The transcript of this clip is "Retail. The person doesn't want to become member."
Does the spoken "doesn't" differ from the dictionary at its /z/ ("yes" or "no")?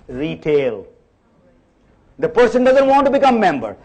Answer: no